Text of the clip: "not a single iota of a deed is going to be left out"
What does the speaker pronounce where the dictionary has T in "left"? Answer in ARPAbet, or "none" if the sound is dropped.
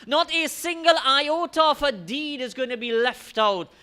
T